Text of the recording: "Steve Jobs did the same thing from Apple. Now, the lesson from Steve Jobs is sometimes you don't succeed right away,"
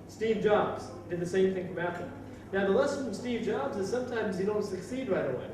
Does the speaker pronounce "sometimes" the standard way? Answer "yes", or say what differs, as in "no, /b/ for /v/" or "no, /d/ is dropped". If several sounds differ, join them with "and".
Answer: yes